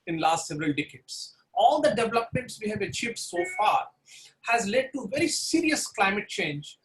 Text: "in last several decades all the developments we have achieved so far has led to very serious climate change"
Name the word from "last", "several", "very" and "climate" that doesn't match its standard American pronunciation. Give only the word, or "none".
none